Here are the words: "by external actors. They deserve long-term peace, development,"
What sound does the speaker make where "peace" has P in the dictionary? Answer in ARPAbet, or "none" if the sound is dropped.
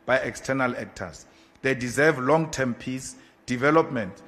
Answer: P